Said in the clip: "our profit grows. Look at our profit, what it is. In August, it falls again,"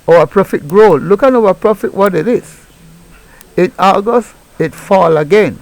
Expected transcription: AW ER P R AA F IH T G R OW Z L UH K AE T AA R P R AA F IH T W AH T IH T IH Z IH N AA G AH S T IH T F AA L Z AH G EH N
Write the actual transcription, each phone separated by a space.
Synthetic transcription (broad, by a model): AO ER P R AA F IH T G R OW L L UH K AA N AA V P R AA F IH T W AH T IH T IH S IH N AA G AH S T IH T F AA L AH G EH N